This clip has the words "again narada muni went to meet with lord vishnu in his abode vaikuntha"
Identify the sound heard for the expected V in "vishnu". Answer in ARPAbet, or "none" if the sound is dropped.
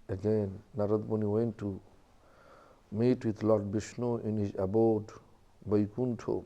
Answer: B